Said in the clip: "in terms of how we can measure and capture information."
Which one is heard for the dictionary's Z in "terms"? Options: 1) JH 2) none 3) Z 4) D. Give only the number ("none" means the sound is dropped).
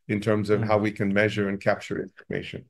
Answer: 3